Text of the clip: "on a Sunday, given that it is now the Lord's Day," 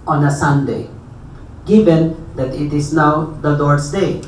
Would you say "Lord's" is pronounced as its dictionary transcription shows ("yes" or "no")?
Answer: no